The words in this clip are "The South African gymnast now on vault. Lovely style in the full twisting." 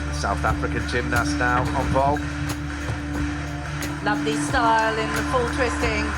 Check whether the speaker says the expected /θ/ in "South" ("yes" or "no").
yes